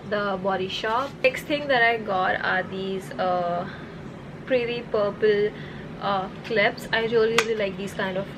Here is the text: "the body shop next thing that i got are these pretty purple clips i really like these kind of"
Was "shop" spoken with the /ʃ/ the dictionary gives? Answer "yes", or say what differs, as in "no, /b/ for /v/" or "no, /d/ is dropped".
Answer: yes